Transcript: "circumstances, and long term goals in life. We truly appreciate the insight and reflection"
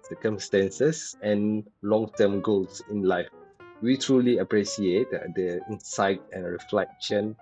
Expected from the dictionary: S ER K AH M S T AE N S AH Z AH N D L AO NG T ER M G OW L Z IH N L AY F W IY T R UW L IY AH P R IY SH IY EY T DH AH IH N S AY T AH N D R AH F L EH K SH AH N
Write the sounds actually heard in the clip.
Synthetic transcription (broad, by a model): S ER K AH M S T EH N S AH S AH N L AO NG T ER M G OW L S IH N L AY F W IY T R UW L IY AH P R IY S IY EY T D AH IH N S AY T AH N R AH F L EH K SH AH N